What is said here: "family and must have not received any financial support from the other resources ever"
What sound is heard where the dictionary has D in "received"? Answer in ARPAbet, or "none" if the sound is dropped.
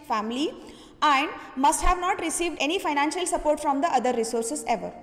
D